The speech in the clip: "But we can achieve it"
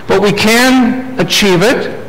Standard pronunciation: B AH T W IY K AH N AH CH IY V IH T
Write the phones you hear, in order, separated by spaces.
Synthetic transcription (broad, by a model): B AH T W IY K AH N AH CH IY V IH T